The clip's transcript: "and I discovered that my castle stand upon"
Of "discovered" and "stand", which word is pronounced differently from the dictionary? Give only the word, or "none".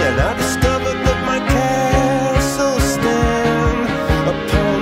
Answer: stand